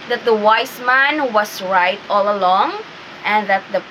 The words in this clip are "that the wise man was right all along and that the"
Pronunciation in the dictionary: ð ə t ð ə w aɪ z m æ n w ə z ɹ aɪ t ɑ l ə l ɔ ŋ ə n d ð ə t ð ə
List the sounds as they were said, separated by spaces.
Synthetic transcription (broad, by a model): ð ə t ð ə w aɪ s m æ n w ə s ɹ aɪ t ɑ l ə l ɔ ŋ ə n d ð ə t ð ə